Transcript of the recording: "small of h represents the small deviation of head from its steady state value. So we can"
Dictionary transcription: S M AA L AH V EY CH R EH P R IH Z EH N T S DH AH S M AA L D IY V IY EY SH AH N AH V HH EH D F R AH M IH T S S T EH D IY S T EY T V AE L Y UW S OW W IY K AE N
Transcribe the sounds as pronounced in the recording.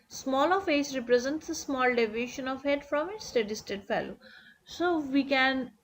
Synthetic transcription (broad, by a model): S M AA L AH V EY S R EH P R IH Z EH N T S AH S M AA L D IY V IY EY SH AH N AH V HH EH D F R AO M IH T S S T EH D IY S T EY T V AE L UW S OW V IY K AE N